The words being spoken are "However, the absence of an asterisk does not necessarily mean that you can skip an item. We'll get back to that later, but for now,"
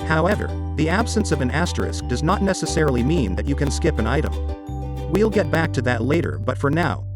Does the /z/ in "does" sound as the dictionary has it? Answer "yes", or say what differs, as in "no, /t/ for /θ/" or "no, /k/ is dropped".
yes